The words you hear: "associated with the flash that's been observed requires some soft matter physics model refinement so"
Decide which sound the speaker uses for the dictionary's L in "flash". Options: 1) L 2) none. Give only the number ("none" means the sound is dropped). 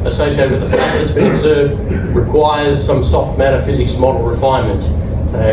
2